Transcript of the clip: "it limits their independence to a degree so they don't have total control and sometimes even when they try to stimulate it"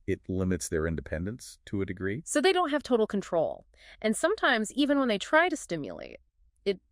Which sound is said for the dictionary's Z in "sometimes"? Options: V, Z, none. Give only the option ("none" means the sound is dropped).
Z